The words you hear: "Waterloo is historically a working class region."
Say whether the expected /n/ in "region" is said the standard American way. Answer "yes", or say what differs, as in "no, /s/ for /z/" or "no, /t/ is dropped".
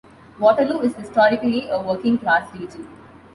no, /n/ is dropped